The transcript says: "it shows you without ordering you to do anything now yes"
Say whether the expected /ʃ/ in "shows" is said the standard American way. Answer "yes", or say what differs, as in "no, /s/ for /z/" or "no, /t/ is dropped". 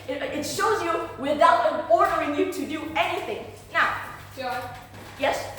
yes